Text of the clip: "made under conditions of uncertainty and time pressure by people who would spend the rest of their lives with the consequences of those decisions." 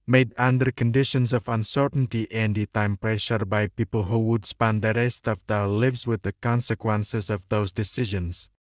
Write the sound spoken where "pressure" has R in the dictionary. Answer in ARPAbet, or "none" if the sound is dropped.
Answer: R